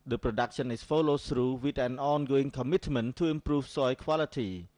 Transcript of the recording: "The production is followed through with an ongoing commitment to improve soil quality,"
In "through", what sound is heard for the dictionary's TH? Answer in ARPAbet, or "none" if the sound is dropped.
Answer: S